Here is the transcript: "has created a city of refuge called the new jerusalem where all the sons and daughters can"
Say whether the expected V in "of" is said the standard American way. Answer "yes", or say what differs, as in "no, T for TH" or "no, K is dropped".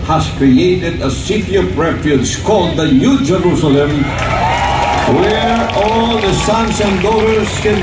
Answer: no, P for V